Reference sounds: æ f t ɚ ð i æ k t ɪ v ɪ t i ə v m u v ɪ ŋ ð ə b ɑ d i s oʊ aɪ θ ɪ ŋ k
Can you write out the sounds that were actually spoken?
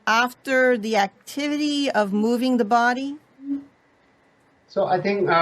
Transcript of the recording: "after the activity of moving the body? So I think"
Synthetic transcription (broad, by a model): æ f t ɚ ð i æ k t ɪ v ɪ t i ə v m u v ɪ ŋ ð ə b ɑ d i s oʊ aɪ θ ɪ ŋ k